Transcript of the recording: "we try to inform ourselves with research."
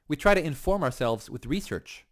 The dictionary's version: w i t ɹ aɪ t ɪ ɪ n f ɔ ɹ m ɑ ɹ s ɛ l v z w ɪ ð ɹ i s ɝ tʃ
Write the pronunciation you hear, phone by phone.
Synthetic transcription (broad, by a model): w i t ɹ aɪ t ɪ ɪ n f ɔ ɹ m ɑ ɹ s ɛ l v z w ɪ ð ɹ i s ɝ tʃ